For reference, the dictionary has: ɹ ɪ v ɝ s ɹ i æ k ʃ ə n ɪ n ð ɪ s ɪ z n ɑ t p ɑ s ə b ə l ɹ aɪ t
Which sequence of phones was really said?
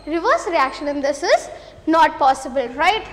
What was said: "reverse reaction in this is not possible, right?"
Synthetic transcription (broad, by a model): ɹ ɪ v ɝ s ɹ i æ k ʃ ə n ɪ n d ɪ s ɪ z n ɑ t p ɑ s ə b ə l ɹ aɪ t